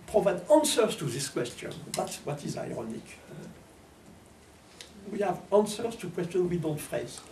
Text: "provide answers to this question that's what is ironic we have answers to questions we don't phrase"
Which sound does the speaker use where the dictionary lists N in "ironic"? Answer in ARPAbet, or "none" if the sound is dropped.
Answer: N